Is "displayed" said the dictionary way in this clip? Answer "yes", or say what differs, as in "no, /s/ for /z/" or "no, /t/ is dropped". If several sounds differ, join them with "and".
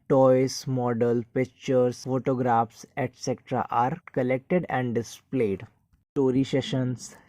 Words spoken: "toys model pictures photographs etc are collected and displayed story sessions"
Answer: yes